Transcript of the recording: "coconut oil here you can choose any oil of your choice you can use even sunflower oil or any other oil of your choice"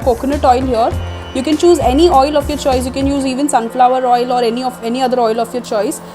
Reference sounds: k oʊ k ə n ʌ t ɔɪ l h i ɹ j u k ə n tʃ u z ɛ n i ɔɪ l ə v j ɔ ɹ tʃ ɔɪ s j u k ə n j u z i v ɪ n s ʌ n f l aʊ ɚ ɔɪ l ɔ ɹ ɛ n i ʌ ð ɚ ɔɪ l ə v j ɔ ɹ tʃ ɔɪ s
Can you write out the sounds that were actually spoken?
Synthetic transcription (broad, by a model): k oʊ k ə n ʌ t ɔɪ l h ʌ ɹ j u k ə n tʃ u z ɛ n i ɔɪ l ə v j ɔ ɹ tʃ ɔɪ s j u k ə n j u z i v ɪ n s ʌ n f l aʊ ɚ ɔɪ l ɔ ɹ ɛ n i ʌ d ɚ ɔɪ l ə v j ɔ ɹ tʃ ɔɪ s